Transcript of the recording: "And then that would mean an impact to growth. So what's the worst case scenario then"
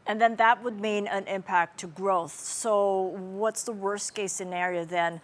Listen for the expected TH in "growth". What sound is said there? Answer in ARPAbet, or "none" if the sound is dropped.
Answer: TH